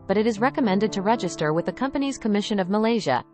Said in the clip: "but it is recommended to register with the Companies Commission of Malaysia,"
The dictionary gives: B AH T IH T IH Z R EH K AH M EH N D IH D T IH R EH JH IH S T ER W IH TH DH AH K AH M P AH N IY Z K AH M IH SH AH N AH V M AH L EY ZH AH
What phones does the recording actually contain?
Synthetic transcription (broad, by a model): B AH T IH T IH Z R EH K AH M EH N D IH D T IH R EH JH IH S T ER W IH DH AH K AH M P AH N IY Z K AH M IH SH AH N AH V M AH L EY ZH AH